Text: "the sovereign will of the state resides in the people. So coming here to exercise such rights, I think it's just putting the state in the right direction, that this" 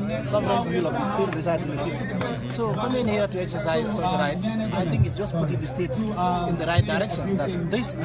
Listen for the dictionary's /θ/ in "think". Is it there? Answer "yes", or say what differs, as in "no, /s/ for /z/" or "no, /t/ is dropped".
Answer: no, /t/ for /θ/